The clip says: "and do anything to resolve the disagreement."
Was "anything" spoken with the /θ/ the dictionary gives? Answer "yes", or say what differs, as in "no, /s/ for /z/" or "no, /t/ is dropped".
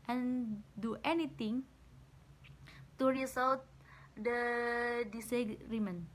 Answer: no, /t/ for /θ/